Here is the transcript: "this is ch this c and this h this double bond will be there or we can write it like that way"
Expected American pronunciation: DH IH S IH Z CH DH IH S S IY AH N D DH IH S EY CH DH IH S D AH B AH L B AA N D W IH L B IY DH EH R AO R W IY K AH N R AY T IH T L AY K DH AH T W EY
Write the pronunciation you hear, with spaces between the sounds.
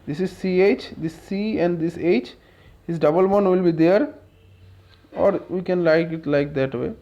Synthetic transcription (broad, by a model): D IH S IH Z CH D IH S S IY AH N D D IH S EY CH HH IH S D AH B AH L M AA N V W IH L B IY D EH R AO R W IY K AH N L AY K IH T L AY K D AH T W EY